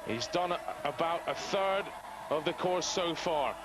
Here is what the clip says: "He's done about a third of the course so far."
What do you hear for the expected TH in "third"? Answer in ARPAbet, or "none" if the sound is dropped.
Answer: TH